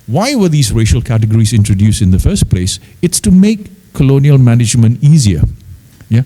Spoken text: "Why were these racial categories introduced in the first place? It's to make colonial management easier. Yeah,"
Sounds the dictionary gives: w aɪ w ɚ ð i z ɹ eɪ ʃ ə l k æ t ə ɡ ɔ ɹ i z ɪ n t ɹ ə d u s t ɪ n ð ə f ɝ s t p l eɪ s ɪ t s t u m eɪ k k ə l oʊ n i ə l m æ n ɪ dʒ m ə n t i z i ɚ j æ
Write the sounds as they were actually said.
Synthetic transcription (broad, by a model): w aɪ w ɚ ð i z ɹ eɪ ʃ ə l k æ t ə ɡ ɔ ɹ i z ɪ n t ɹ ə d u s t ɪ n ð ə f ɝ s t p l eɪ s ɪ t s t u m eɪ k k ə l oʊ n i ə l m æ n ɪ dʒ m ə n t i z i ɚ j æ